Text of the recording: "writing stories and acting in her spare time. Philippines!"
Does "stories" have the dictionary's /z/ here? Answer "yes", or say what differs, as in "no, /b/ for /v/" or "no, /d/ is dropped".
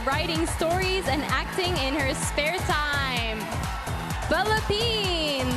yes